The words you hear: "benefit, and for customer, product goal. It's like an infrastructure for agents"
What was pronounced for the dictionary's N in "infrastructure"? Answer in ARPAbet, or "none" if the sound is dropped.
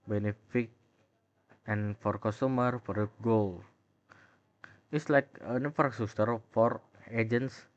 none